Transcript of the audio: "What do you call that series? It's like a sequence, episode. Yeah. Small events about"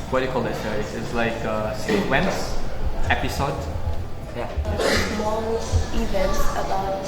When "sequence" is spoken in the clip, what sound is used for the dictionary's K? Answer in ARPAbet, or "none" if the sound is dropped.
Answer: none